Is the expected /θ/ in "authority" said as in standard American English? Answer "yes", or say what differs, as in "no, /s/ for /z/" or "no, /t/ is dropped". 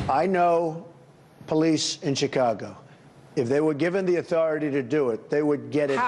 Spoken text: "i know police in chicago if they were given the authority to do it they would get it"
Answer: yes